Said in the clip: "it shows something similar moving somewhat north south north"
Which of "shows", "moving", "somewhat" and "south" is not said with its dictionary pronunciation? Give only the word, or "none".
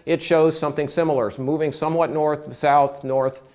none